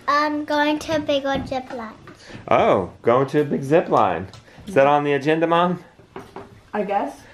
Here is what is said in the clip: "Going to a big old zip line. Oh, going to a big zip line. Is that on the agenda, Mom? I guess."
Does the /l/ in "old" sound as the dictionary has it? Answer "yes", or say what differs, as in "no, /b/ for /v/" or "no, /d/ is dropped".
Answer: no, /l/ is dropped